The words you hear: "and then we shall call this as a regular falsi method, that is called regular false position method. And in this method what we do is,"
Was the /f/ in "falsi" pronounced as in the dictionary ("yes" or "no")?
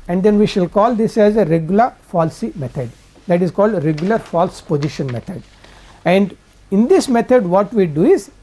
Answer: yes